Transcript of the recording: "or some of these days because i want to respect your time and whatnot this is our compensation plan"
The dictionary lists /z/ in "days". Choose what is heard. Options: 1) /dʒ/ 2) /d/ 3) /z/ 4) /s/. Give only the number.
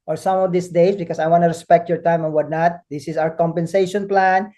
4